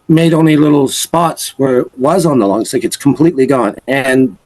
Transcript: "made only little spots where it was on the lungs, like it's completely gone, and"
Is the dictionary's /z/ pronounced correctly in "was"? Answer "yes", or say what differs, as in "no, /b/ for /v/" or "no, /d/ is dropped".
yes